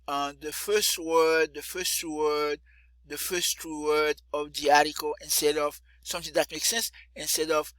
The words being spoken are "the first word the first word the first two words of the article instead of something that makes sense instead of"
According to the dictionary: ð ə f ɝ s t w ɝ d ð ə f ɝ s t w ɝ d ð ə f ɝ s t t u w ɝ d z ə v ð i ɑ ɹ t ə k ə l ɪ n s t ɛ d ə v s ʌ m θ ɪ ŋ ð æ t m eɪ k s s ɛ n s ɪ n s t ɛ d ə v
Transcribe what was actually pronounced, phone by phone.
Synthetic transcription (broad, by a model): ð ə f ɝ s t w ɝ d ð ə f ɝ s t w ɝ d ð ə f ɝ s t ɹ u w ɝ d ə v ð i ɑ ɹ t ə k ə l ɪ n s t ɛ d ə v s ʌ m θ ɪ ŋ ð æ t m eɪ k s s ɛ n s ɪ n s t ɛ d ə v